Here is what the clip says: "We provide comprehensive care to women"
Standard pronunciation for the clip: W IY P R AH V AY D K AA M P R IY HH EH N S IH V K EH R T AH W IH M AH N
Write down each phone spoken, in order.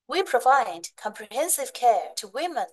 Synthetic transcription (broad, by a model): W IY P R AH V AY D K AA M P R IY HH EH N S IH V K EH R T AH W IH M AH N